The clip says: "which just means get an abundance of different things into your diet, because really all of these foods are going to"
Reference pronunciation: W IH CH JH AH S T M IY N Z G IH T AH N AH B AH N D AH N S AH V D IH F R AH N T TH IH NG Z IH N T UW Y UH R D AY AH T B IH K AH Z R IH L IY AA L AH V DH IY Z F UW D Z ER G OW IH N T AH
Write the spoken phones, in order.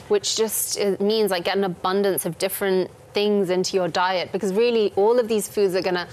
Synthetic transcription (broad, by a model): W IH CH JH AH S T M IY N Z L IH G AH N AH B AH N D AH N S AH V D IH F R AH N TH IH NG Z IH N T UW Y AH R D AY AH T B IH K AH Z R IH L IY AA L AH V DH IY Z F UW D Z ER G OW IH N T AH